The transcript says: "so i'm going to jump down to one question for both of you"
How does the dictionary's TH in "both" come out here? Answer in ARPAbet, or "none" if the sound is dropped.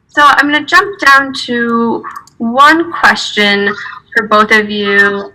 TH